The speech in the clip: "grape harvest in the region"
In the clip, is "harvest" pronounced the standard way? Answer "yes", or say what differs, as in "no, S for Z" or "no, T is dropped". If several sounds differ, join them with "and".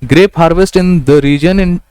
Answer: yes